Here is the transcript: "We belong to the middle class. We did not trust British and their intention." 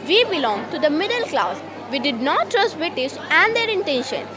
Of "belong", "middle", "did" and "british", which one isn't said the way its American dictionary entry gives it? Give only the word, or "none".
british